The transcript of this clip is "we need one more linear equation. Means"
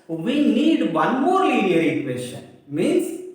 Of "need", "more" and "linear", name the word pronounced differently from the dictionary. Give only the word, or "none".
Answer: linear